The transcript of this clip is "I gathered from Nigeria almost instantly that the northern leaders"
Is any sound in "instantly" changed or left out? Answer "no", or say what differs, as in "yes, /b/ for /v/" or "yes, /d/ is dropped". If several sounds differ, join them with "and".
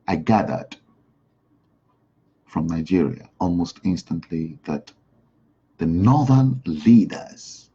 no